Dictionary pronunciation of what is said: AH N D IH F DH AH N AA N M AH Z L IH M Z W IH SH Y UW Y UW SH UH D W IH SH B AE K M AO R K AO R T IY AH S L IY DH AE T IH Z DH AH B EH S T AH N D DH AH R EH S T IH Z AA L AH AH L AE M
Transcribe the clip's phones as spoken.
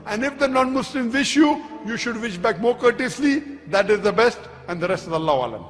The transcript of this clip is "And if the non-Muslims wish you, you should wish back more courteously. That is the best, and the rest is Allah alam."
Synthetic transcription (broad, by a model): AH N D IH F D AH N AA N M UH S L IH M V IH SH Y UW Y UW SH UH D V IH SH B AE K M AO R K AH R T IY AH S L IY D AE T IH Z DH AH B EH S T AH N D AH R EH S T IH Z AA L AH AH L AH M